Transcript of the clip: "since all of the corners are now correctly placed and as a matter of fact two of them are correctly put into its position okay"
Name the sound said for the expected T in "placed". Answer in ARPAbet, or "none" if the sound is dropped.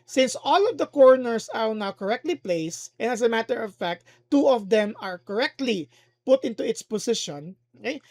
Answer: T